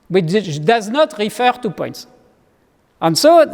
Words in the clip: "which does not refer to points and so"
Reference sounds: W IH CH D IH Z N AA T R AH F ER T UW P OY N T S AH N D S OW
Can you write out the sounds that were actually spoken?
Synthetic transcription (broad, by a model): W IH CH D IH Z N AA T R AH F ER T UW P OY N T S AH N S OW